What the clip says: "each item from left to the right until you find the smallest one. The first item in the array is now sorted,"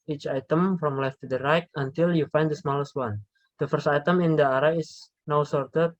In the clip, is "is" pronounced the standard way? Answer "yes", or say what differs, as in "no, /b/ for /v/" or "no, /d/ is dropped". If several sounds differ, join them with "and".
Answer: no, /s/ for /z/